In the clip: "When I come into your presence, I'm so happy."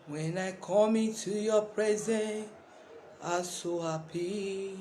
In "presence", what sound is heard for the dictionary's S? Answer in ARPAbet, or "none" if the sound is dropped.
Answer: none